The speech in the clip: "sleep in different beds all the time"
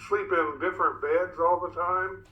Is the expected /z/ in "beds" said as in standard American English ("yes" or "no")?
yes